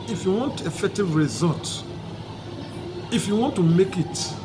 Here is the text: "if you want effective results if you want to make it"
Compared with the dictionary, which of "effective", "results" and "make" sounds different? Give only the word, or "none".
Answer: results